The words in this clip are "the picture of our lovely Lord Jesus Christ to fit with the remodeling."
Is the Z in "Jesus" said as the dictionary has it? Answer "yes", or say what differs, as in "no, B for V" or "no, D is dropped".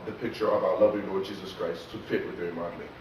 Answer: yes